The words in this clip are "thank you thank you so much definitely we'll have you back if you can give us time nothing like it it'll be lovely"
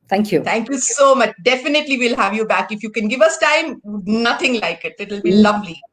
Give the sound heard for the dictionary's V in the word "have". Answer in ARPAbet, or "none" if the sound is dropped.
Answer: V